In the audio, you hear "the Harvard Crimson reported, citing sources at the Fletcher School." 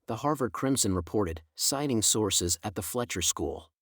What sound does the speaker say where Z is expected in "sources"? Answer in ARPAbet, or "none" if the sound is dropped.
Z